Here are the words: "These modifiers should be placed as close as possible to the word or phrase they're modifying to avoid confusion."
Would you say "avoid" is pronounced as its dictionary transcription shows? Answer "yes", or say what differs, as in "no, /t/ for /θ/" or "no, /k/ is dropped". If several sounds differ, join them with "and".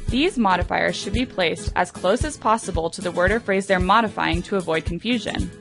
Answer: yes